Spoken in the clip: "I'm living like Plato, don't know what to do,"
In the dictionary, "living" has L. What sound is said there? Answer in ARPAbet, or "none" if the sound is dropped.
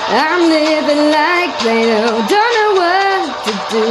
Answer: N